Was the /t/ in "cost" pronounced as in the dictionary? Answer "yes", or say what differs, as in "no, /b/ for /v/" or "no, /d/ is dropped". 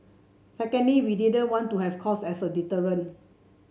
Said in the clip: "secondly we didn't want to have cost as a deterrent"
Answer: no, /t/ is dropped